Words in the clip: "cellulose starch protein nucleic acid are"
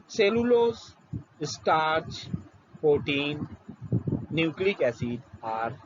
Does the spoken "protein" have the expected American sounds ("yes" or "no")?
no